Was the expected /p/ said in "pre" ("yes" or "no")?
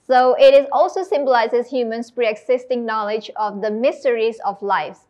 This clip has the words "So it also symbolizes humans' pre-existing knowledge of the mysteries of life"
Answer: yes